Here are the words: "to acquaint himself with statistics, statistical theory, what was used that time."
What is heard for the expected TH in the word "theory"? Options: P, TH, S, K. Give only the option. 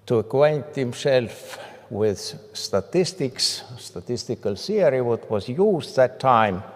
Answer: S